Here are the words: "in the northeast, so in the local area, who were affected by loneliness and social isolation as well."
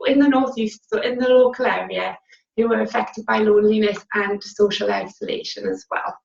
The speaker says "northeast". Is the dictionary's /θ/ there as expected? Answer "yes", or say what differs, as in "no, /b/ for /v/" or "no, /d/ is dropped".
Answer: yes